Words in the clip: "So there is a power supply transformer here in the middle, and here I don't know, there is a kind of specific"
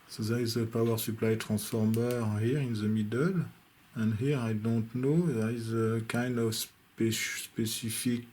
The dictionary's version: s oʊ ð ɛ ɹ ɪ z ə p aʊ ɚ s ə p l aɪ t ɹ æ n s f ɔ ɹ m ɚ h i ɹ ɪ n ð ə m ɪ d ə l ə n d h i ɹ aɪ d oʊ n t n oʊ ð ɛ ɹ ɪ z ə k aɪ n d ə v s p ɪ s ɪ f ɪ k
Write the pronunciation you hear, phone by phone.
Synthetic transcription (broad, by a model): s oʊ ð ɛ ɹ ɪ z ə p aʊ ɚ s ə p l aɪ t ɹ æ s f ɔ ɹ m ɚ h i ɹ ɪ n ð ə m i d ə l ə n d h i ɹ aɪ d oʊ n t n oʊ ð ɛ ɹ ɪ z ə k aɪ n d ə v s p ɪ s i f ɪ k